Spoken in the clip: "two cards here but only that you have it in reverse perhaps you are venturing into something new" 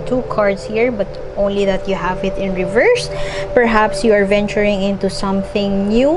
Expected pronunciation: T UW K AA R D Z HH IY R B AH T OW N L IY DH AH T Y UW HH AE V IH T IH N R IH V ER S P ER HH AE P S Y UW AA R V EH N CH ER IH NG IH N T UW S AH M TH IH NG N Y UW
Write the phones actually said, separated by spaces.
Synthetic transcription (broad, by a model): T UW K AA R D S HH IY R B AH T OW N L IY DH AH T Y UW HH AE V IH T IH N R IH V ER S P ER HH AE P S Y UW AA R V EH N CH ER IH NG IH N T UW S AH M TH IH NG N Y UW